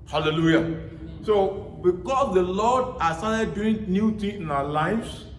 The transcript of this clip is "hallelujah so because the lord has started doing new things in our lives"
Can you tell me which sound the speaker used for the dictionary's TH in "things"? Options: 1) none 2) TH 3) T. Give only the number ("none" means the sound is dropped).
3